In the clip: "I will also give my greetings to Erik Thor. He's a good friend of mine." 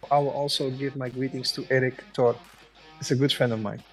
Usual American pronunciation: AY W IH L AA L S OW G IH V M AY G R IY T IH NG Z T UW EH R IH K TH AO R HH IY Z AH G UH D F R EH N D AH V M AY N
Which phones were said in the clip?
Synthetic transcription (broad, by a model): AY W IH L AA L S OW G IH V M AY G R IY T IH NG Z T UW EH R IH K T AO R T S AH G UH D F R EH N D AH V M AY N